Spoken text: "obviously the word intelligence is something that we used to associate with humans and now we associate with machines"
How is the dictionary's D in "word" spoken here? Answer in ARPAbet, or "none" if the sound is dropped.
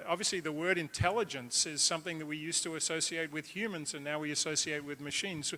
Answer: D